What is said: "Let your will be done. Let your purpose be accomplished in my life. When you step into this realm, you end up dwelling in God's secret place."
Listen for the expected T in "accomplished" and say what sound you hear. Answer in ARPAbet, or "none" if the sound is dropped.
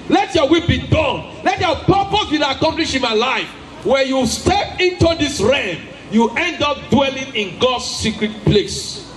none